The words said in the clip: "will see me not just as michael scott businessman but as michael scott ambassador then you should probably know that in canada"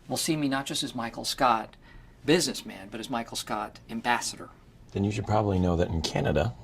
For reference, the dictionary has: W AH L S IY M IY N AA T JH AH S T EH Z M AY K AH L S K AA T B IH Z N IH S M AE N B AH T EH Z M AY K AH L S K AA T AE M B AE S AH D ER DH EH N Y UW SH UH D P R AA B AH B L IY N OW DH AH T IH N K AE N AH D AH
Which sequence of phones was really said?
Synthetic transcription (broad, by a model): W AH L S IY M IY N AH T JH AH S T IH Z M AY K L S K AA T B IH Z N IH S M AE N B AH T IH Z M AY K L S K AA T AE M B AE S AH D ER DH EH N Y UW SH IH D P R AA B AH B L IY N OW DH AH T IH N K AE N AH D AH